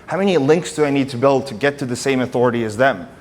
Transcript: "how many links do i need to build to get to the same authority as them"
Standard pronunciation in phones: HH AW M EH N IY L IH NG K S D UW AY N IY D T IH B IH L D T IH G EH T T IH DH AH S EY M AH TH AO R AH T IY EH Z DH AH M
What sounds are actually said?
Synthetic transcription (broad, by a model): HH AW M EH N IY L IH NG K S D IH AY N IY D T IH B IH L D T IH G EH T T IH DH AH S EY M AH TH AO R AH T IY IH Z DH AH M